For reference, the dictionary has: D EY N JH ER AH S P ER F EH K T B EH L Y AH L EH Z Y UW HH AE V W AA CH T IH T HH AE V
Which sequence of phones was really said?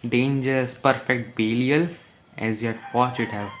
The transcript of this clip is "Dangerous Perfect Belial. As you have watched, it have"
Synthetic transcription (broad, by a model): D EY N JH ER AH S P ER F EH K T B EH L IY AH L EH Z Y UW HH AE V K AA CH IH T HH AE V